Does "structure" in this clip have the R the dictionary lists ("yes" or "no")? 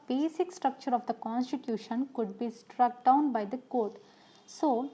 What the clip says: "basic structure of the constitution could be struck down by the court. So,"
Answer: yes